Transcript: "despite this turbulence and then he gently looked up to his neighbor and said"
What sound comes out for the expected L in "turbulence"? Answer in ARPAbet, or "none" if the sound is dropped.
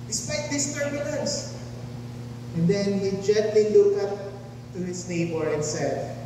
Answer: N